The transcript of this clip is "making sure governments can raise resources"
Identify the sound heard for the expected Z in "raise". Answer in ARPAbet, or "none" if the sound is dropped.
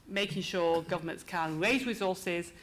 Z